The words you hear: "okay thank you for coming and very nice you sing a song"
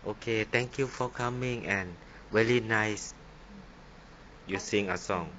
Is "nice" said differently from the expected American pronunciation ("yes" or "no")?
no